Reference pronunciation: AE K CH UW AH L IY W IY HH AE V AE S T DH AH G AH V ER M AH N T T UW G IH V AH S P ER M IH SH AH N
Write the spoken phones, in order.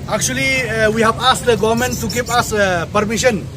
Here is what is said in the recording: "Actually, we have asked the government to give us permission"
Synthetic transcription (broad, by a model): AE K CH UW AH L IY W IY HH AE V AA S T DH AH G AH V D M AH N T T UW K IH P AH S P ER M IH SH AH N